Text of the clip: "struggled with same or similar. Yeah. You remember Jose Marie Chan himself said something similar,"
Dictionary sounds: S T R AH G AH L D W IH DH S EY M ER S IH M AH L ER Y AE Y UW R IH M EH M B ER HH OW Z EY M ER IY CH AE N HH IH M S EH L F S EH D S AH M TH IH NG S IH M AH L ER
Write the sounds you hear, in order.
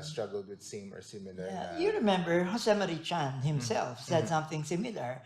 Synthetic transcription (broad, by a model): S T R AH G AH L D W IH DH S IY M ER S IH M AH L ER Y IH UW R IH M EH M B ER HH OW S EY M ER IY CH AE N HH IH M S EH L F S EH D S AH M TH IH NG S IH M L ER